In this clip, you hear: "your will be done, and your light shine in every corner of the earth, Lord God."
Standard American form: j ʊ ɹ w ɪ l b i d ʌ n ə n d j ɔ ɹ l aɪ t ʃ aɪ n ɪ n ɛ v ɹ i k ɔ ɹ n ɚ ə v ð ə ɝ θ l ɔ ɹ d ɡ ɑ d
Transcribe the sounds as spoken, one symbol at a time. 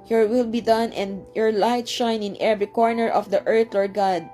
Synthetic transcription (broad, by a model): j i ɹ w ɪ l b i d ʌ n ə n d j ɔ ɹ l aɪ t ʃ aɪ n ɪ n ɛ v ɹ i k ɔ ɹ n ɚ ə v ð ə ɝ t l ɔ ɹ d ɡ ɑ d